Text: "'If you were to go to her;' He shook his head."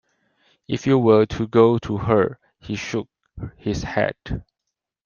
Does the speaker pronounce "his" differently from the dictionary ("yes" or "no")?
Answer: yes